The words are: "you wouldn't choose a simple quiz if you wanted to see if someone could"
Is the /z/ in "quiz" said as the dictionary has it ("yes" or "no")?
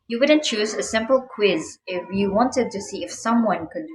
yes